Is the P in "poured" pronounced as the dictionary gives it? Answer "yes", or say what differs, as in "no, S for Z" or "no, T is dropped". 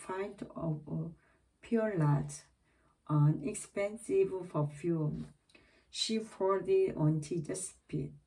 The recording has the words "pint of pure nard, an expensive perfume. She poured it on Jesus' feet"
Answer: no, F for P